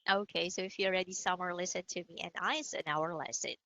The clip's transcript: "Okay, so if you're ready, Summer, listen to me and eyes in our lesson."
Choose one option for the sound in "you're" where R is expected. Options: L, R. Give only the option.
L